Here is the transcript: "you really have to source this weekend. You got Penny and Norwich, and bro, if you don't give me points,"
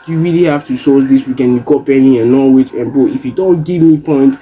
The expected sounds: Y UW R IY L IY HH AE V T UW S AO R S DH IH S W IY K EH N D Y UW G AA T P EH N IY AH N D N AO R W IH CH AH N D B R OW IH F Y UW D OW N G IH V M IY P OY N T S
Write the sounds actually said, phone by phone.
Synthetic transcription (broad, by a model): Y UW R IY L IY HH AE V T UW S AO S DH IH S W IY K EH N Y UW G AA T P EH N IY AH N N AO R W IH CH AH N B OW IH F Y UW D OW N G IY V M IY P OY N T